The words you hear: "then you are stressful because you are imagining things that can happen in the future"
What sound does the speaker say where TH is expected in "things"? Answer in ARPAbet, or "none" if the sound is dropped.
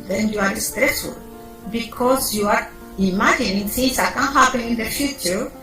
S